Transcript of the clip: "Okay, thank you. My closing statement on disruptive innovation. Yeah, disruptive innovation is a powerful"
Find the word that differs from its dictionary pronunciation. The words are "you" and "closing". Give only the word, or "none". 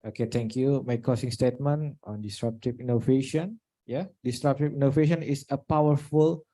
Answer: closing